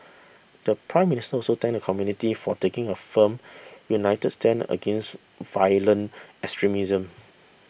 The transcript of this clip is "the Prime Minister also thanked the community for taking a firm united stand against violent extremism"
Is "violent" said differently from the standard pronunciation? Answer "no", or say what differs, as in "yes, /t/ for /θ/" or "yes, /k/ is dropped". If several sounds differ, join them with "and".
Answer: yes, /t/ is dropped